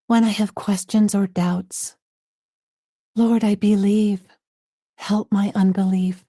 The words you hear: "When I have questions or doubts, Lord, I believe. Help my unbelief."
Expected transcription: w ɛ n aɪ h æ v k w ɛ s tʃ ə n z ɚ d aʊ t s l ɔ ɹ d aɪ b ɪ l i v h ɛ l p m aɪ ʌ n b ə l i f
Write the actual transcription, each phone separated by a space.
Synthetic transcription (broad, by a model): w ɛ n aɪ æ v k w ɛ s tʃ ə n z ɚ d aʊ t s l ɔ ɹ d aɪ b ɪ l i v h ɛ l p m aɪ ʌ n b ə l i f